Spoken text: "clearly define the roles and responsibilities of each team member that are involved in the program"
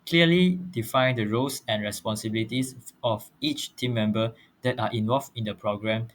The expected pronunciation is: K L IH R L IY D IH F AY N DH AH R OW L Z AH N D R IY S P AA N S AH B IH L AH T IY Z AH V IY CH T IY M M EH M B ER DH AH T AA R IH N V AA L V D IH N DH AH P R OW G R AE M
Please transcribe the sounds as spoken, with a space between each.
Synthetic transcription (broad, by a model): K L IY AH L IY D IH F AY N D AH R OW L S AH N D R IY S P AA N S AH B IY L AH T IY S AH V IY CH T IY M M EH M B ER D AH T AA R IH N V AA L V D IH N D AH P R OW G R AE M